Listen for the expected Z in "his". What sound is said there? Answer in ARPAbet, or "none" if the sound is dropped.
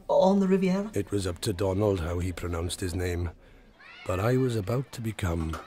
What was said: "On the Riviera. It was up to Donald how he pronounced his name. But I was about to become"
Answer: Z